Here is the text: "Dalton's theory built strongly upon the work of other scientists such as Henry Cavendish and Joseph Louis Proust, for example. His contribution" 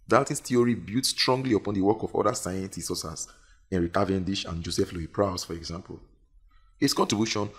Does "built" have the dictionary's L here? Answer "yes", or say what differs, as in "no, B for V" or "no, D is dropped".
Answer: no, L is dropped